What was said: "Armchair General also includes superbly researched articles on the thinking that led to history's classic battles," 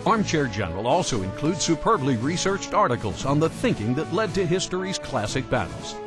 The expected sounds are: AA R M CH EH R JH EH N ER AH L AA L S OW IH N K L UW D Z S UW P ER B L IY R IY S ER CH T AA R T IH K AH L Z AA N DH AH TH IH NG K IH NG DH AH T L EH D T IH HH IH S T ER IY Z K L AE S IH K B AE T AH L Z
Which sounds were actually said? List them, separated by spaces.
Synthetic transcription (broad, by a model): AA R M CH EH R JH EH N ER AH L AA L S OW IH N K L UW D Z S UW P ER B L IY R IY S ER CH T AA R T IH K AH L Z N DH AH TH IH NG K IH NG DH AH T L EH D T IH HH IH S T ER IY Z K L AE S IH K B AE T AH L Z